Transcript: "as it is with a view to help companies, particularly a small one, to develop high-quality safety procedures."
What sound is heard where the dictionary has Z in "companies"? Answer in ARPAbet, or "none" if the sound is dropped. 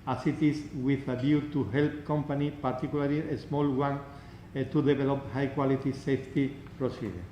none